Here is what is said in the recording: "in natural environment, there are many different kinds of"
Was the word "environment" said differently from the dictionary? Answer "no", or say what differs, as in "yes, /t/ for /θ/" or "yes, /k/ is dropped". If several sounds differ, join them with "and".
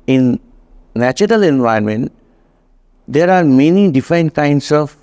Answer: yes, /ɹ/ is dropped